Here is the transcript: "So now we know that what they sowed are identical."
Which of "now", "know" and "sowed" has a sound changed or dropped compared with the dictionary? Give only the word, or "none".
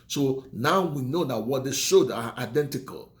sowed